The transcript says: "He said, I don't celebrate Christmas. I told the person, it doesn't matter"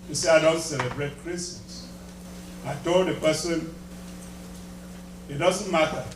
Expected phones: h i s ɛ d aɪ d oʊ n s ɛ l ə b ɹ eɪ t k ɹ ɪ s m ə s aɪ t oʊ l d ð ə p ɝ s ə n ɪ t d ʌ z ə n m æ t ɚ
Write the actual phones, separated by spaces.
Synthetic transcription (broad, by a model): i s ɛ aɪ d oʊ n s ɛ l ə b ɹ eɪ t k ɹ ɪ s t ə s aɪ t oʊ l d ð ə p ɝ s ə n ɪ t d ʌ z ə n m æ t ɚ